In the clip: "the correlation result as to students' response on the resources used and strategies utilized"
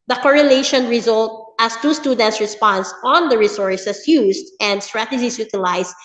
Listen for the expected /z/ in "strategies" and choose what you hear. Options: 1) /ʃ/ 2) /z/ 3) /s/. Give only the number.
3